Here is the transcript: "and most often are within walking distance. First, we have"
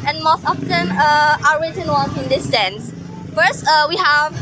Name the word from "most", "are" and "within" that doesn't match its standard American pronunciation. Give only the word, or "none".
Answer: within